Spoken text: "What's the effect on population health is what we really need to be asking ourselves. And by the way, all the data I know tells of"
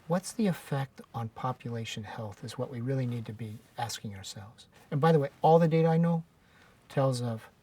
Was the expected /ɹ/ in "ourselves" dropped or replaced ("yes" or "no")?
no